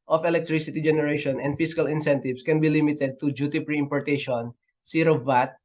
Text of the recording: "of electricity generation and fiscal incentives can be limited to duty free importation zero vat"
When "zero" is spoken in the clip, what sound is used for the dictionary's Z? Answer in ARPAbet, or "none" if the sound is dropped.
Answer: S